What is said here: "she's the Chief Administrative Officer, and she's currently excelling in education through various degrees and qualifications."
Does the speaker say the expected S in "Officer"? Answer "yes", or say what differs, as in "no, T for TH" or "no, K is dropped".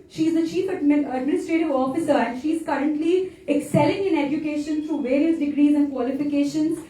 yes